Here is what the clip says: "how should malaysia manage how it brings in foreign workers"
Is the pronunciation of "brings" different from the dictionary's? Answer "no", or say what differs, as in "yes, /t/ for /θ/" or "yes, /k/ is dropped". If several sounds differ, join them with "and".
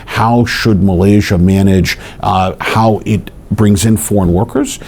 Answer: no